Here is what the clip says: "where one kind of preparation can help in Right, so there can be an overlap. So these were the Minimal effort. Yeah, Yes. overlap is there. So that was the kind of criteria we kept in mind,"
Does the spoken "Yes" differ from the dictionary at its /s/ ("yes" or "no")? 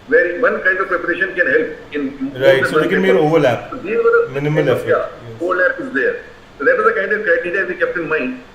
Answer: yes